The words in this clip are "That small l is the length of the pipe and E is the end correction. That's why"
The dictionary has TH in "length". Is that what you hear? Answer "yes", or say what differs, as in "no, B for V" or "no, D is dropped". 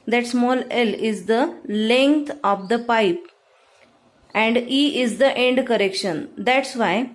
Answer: no, T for TH